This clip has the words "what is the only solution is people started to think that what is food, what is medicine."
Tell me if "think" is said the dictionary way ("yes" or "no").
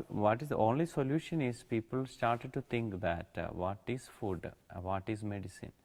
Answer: no